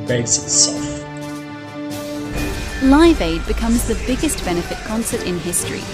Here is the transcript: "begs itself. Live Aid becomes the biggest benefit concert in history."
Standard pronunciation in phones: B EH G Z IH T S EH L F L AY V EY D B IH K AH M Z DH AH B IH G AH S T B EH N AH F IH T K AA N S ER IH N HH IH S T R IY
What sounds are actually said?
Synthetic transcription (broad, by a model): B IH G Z IH T S EH L F L AY V EY D B IH K AH M Z DH AH B IH G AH S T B EH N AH F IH T K AA N S ER IH N HH IH S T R IY